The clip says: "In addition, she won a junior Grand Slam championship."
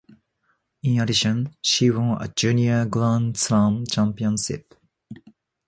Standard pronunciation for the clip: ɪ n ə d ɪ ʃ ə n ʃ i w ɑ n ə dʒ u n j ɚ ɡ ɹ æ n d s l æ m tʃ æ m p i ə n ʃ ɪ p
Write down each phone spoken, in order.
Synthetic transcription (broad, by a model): ɪ n ə d ɪ ʃ ə n ʃ i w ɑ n ə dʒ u n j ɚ ɡ l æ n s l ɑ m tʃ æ m p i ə n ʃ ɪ p